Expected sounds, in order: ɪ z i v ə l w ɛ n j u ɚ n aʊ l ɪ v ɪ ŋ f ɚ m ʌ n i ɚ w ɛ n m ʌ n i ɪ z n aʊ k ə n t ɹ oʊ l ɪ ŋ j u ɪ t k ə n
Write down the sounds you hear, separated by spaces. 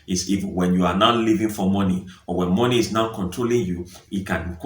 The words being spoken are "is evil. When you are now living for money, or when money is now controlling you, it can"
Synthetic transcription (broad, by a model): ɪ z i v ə n w ɛ n j u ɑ n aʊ l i v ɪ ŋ f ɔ m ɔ n i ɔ w ɛ n m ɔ n i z n aʊ k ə n t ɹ oʊ l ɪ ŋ j u ɪ t k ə n